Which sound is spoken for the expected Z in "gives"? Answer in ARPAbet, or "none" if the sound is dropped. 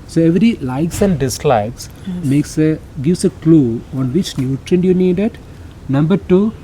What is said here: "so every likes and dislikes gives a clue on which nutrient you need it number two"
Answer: S